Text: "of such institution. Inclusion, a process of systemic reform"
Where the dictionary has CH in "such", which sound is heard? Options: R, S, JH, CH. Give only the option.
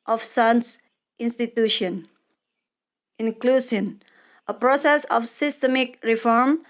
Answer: S